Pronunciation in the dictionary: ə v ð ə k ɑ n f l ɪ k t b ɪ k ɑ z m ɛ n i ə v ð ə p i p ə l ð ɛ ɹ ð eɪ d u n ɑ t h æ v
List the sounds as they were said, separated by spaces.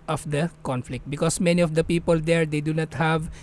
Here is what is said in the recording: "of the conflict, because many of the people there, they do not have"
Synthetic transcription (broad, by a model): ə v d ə k ɑ n f l ɪ k t b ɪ k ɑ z m ɛ n i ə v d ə p i p ə l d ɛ ɹ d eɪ d u n ɑ t h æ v